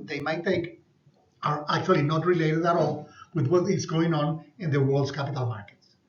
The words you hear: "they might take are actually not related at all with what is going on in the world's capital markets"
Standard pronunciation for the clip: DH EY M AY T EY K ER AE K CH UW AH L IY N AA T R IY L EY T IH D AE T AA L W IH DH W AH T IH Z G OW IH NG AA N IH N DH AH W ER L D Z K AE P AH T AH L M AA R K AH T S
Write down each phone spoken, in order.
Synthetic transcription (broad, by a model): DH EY M AY T EY K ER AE K CH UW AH L IY N AA T R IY L EY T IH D AE T AA L W IH DH W AH T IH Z G OW IH NG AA N IH N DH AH W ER L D S K AE P AH T AH L M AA R K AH T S